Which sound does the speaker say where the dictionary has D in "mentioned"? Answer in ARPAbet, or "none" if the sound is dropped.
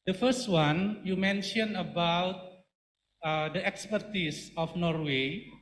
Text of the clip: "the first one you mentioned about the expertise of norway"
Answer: none